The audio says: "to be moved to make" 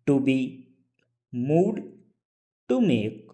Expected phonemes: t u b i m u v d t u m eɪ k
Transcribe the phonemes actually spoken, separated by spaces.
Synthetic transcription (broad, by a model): t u b i m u d t u m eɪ k